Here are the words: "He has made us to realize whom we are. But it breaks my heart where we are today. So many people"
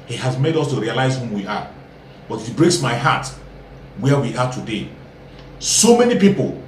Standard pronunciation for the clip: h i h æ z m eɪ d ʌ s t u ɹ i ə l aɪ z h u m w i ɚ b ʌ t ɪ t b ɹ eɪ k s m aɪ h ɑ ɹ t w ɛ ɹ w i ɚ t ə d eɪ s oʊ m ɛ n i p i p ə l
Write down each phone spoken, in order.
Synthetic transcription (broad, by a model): h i h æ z m eɪ d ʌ s t u ɹ i ə l aɪ z h u m w i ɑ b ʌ t ɪ t b ɹ eɪ k s m aɪ h ɑ t w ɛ w i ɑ t ə d eɪ s oʊ m ɛ n i p i p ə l